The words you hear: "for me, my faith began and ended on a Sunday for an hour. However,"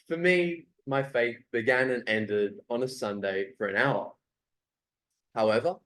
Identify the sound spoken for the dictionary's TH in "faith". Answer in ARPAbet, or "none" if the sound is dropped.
T